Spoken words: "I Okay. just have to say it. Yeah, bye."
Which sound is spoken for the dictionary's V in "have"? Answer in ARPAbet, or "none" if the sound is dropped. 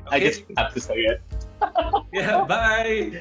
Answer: F